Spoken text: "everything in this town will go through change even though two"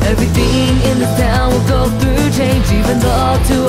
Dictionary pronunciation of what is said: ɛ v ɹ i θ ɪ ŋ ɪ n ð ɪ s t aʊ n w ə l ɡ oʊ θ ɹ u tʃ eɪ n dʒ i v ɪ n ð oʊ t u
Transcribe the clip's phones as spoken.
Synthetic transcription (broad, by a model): ɛ v ɹ i θ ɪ ŋ ɪ n ð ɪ t aʊ n w ə l ɡ oʊ θ ɹ u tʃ eɪ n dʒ i v ɪ n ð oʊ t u